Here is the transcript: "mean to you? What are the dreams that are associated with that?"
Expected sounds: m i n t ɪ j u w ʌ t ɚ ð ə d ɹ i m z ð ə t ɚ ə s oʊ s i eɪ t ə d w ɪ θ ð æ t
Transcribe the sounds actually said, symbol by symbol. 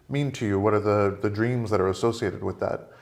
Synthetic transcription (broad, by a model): m i n t ɪ j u w ʌ t ɚ ð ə d ɹ i m z ð ə t ɚ ə s oʊ s i eɪ t ə d w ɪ ð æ t